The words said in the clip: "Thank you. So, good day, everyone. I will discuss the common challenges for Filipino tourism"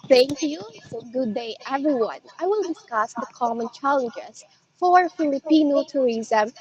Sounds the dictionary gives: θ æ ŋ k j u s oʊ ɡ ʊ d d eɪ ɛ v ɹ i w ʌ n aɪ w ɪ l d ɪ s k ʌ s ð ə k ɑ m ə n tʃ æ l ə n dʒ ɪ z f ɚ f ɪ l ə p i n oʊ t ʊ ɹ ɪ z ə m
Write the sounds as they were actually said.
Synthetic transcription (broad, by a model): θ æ ŋ k j u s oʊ ɡ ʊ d d eɪ ɛ v ɹ i w ʌ n aɪ w ɪ l d ɪ s k ʌ s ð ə k ɑ m ə n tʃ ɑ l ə dʒ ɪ s f ɚ f ɪ l ə p i n oʊ t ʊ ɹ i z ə m